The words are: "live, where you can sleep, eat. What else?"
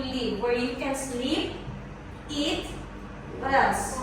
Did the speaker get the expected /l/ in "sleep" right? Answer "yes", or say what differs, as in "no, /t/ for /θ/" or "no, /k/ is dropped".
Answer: yes